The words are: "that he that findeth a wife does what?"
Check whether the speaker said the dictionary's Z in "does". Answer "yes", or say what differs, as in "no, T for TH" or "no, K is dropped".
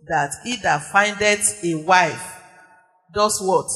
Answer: no, S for Z